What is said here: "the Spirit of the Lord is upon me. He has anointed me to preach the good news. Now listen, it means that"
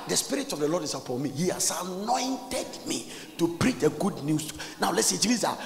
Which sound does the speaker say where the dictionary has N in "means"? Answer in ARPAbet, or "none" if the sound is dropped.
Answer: none